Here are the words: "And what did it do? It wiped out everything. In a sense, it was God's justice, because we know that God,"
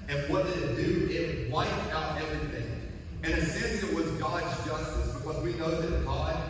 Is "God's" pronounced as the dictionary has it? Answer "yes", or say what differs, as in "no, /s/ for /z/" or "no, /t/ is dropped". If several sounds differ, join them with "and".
yes